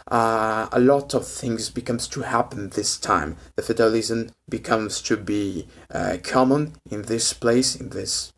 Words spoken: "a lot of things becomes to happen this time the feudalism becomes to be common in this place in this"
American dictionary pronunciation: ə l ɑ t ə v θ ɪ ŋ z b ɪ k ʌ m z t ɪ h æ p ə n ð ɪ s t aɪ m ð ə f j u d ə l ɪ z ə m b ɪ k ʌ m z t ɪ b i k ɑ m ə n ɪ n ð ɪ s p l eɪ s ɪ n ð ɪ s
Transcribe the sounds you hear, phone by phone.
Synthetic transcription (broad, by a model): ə l ɑ t ə v θ ɪ ŋ z b ɪ k ʌ m z t ɪ h æ p ə n ð ɪ s t aɪ m ð ə f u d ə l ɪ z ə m b ɪ k ʌ m z t ɪ b i k ɑ m ə n ɪ n ð ɪ s p l eɪ s ɪ n ð ɪ s